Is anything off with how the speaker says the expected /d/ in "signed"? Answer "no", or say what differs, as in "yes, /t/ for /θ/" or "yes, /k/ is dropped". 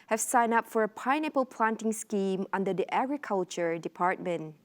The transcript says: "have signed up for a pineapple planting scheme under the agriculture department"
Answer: yes, /d/ is dropped